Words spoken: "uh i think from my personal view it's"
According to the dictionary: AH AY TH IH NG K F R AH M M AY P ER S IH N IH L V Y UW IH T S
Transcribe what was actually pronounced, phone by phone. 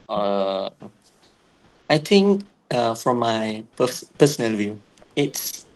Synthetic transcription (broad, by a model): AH AY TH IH NG K F R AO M M AY P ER S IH N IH L V Y UW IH T S